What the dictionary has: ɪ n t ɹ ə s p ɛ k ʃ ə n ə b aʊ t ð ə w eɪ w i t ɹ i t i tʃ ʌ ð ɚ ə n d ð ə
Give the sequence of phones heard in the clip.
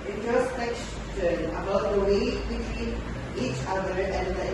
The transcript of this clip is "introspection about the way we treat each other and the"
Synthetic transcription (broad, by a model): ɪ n t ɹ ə s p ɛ k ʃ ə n ə b aʊ t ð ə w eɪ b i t w i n i tʃ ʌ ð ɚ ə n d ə